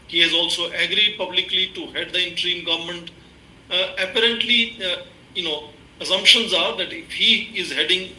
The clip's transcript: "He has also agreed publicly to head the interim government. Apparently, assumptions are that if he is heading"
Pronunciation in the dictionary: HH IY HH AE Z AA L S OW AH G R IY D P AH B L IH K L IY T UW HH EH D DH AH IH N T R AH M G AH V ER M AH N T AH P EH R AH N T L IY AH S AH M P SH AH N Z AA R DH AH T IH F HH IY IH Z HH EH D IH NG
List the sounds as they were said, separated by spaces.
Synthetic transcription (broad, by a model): HH IY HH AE Z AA L S OW AH G R IY D P AH B L IH K L IY T UW HH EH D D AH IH N T R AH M G AH V ER M AH N T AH P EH R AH N T L IY AH S AH M P SH AH N Z AA R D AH T IH F HH IY IH Z HH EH D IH NG